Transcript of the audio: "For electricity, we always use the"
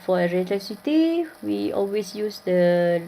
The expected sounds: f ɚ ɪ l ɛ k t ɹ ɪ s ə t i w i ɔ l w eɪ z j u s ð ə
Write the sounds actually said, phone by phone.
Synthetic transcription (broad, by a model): f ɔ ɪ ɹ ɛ t ʌ s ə t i w i ɔ l w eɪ s j u s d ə